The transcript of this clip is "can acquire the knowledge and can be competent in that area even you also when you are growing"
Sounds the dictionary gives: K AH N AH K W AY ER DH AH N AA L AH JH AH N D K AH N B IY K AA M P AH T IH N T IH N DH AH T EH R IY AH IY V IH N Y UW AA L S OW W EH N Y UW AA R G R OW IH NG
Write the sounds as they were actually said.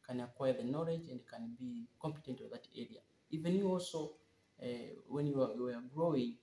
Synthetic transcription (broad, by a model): K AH N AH K W AY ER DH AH N AA L AH JH AH N D K AH N B IY K AA M P AH T IH N T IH DH AH T EH R IY AH IY V IH N Y UW AA L S OW W EH N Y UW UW W G R OW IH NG